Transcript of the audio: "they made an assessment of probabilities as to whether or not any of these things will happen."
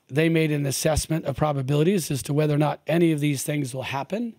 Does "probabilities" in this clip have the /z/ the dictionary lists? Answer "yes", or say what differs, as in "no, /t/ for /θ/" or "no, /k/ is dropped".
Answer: yes